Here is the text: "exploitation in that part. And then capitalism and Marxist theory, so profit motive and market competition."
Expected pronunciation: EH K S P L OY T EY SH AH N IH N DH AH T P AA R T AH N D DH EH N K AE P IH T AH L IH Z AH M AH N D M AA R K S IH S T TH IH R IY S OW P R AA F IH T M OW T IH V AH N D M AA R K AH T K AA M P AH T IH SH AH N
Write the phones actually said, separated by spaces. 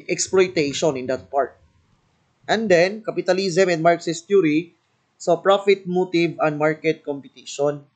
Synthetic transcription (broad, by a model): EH K S P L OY T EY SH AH N IH N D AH T P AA R T AH N D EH N K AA P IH T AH L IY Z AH M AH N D M AA R K S IH S T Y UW R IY S OW P R AA F IH T M OW T IH V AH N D M AA R K AH T K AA M P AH T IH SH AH N